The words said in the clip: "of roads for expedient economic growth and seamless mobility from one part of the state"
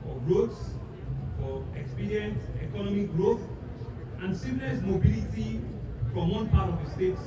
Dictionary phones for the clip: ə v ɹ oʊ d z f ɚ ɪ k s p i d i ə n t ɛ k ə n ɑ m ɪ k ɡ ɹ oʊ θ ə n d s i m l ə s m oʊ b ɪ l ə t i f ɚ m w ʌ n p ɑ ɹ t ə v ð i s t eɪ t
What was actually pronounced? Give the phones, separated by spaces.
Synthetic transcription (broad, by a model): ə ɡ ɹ oʊ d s f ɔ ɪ k s p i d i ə n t ɛ k ə n ɑ m ɪ k ɡ ɹ oʊ θ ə n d s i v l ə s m oʊ b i l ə t i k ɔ m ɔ n p ɑ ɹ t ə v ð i s t eɪ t